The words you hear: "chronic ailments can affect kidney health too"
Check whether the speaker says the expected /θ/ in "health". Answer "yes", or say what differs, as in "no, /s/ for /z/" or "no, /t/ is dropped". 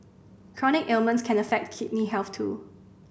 no, /f/ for /θ/